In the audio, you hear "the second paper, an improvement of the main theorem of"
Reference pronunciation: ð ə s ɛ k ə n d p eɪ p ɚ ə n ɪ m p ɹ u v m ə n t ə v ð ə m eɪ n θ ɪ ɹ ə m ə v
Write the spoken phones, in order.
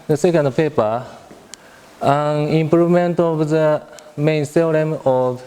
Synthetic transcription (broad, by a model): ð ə s ɛ k ə n d p eɪ p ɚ ə n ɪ m p ɹ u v m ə n t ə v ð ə m eɪ n s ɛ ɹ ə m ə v